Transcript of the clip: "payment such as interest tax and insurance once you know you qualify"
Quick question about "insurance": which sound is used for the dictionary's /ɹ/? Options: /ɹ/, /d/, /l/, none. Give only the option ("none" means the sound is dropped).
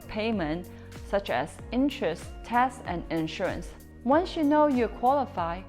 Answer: /ɹ/